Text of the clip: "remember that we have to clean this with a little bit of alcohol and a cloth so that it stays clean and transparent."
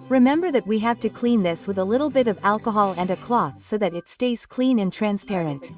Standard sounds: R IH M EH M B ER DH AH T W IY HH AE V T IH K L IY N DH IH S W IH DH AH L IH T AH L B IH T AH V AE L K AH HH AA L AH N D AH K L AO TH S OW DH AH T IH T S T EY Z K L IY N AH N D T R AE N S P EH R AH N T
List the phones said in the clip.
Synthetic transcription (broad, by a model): R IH M EH M B ER DH AH T W IY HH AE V T IH K L IY N DH IH S W IH DH AH L IH T L B IH T AH V AE L K AH HH AA L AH N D AH K L AO TH S OW DH AH T IH T S T EY Z K L IY N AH N T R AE N S P EH R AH N T